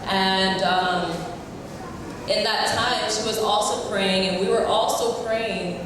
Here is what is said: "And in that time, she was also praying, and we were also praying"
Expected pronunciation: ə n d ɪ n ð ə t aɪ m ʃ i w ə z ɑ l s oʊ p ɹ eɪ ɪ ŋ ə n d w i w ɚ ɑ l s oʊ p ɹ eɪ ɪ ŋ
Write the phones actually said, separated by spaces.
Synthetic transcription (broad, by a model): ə n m ɪ n ð ə t aɪ m ʃ i w ə z ɑ l s oʊ p ɹ eɪ ɪ ŋ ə n w i w ɚ ɑ l s oʊ p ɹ eɪ ɪ ŋ